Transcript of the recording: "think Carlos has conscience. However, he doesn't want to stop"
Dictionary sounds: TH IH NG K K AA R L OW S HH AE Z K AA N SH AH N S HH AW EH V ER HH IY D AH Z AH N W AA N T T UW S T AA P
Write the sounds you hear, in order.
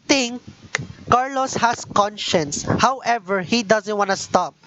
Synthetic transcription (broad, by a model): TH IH NG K K AA R L OW S HH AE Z K AA N SH AH N S HH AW EH V ER HH IY D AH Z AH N W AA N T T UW S T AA P